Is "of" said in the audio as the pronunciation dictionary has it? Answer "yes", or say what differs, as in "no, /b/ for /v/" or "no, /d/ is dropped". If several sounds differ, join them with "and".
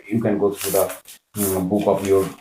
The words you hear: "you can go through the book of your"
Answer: no, /p/ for /v/